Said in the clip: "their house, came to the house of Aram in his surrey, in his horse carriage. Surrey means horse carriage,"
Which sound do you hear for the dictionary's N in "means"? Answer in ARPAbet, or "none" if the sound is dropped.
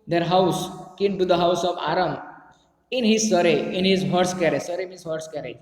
none